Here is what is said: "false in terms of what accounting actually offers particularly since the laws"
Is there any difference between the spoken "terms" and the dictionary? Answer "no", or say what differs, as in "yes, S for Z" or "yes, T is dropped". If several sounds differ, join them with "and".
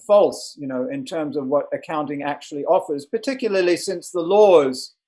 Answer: no